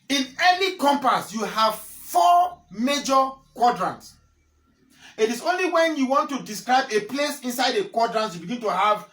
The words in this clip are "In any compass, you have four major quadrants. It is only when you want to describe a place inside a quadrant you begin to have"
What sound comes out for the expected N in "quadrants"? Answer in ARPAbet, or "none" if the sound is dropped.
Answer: N